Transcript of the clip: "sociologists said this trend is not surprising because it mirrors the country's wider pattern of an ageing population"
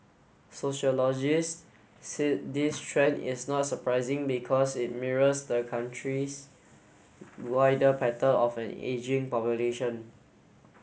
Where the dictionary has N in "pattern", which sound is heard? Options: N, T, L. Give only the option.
L